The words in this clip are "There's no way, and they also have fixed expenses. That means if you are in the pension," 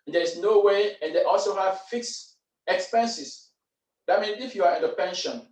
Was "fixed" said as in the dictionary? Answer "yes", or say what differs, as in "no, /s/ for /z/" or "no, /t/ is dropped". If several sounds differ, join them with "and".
no, /t/ is dropped